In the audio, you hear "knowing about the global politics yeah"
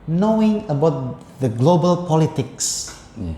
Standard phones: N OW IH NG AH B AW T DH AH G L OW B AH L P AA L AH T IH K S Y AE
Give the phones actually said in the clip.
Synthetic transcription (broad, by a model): N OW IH NG AH B AW T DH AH G L OW B AH L P AA L AH T IH K S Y